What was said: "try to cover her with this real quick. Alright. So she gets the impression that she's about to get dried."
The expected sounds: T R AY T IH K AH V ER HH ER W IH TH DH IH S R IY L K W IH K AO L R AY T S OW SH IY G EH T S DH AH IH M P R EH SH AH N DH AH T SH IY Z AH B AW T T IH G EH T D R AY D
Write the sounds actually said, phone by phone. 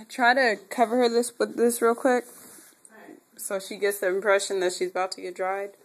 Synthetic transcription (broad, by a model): T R AY T IH K AH V ER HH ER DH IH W DH IH S R IY L K W IH K S OW SH IY G EH T S DH AH IH M P R EH SH AH N DH AH T SH IY Z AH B AW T T IH G EH T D R AY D